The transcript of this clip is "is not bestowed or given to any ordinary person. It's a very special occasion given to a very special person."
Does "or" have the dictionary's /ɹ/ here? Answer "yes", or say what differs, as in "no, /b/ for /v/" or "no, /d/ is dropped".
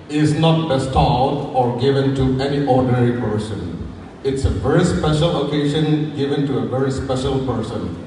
yes